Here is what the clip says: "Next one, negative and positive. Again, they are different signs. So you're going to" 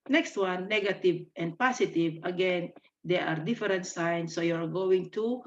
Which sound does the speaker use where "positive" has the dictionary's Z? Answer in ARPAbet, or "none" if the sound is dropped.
S